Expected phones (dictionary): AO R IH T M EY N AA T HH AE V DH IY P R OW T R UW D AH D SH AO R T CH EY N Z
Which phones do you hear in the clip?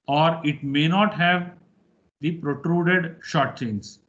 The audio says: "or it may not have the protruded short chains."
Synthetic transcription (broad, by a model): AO R IH T M EY N AA T HH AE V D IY P R OW T R UW D AH D SH AO R T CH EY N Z